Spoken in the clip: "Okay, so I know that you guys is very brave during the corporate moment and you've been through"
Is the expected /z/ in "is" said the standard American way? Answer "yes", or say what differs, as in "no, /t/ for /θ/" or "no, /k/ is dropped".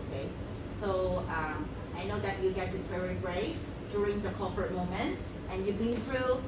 no, /s/ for /z/